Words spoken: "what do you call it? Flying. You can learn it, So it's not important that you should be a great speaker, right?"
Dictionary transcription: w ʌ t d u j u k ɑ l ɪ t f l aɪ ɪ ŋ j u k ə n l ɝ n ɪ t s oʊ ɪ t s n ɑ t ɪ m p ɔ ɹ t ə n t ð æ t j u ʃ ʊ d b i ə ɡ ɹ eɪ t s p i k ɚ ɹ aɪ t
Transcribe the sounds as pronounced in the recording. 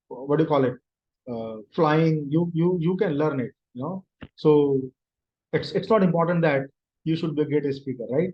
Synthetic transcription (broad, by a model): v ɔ d u j u k ɑ l ɪ t f l aɪ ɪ ŋ j u k ə n l ɝ n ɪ t s oʊ ɪ t s n ɑ t ɪ m p ɔ ɹ t ə n t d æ t j u ʃ ʊ d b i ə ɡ eɪ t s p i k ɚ ɹ aɪ t